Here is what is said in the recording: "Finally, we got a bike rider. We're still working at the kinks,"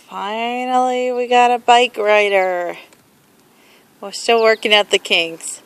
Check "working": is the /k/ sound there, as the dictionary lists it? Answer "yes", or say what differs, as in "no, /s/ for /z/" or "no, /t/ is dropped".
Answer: yes